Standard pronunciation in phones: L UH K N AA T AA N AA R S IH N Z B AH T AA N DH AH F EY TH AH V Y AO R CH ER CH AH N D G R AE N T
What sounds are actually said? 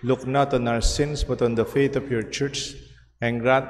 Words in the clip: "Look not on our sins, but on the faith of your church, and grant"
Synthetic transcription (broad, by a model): L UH K N AA T AA N AA R S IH N S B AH T AA N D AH F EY T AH F Y AO R CH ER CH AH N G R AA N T